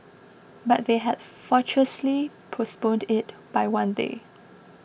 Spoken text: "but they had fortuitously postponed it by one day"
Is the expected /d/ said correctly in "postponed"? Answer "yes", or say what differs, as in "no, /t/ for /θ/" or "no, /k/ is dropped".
yes